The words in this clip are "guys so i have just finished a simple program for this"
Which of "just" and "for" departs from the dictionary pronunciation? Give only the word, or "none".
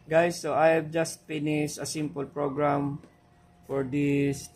none